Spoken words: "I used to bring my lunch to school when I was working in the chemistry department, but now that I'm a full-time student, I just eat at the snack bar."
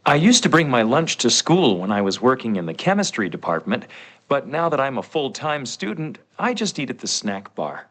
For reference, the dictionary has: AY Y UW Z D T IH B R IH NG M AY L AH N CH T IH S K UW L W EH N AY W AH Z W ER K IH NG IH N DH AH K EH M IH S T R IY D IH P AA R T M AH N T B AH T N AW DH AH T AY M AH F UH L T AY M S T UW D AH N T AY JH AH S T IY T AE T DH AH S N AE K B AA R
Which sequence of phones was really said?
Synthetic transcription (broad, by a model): AY Y UW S T IH B R IH NG M AY L AH N CH T IH S K UW L W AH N AY W AH Z W ER K IH NG IH N DH AH K EH M IH S T R IY D IH P AA R T M AH N T B AH T N AW DH AH T AY M AH F UH L T AY M S T UW D N T AY JH AH S T IY T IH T DH AH S N AE K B AA R